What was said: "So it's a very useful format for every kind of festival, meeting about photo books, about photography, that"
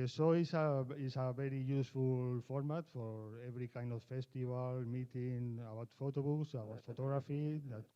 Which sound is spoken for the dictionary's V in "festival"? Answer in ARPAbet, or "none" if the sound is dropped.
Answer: B